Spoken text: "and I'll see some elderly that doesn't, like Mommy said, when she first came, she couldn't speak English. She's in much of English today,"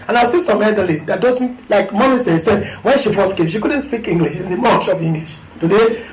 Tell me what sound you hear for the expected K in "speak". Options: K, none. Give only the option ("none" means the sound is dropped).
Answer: K